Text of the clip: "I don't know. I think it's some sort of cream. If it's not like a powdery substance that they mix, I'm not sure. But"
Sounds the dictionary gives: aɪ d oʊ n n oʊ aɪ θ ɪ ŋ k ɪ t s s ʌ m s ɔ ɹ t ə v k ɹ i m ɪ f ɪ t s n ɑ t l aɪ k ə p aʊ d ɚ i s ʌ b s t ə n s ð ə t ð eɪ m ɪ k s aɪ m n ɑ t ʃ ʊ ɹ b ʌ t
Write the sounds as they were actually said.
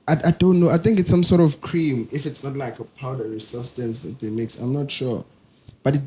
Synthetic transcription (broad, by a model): aɪ d oʊ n n oʊ aɪ θ ɪ ŋ k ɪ t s s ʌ m s ɔ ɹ t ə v k ɹ i m ɪ f ɪ t s n ɑ t l aɪ k ə p aʊ d ɚ i s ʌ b s t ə n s ð ə t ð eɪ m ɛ k s aɪ m n ɑ t ʃ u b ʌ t